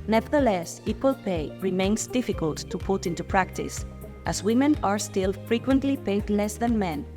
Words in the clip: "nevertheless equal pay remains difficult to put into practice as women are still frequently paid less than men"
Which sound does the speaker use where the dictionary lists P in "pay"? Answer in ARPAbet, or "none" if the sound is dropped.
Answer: P